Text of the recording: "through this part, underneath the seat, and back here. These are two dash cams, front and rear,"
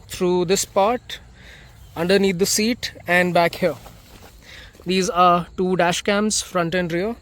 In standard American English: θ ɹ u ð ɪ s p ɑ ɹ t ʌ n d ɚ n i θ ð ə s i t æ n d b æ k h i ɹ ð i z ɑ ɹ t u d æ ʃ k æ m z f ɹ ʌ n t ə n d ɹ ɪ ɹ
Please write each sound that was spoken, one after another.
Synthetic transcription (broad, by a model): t ɹ u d ɪ s p ɑ ɹ t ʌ n d ɚ n i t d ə s i t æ n d b æ k h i ɹ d i z ɑ ɹ t u d æ ʃ k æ m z f ɹ ʌ n t ə n d ɹ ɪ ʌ